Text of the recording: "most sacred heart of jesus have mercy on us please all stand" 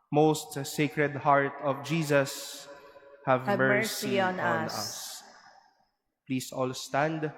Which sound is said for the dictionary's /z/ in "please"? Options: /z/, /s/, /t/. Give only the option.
/s/